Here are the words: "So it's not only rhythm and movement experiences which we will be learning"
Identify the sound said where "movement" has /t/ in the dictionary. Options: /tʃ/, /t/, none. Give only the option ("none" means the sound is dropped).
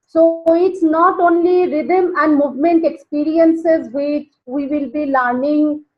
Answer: /t/